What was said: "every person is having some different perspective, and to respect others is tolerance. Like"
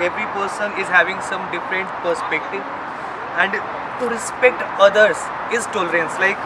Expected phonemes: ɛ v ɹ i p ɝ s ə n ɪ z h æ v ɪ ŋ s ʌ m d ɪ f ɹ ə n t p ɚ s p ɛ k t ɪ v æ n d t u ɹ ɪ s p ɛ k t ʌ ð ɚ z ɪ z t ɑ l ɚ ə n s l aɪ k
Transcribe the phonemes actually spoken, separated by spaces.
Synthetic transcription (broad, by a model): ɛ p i p ɝ s ə n ɪ z h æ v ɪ ŋ s ʌ m d ɪ f ɹ ə n t p ɚ s p ɛ k t ɪ v æ n d t u ɹ ɪ s p ɛ k t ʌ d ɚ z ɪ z t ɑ l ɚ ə n s l aɪ k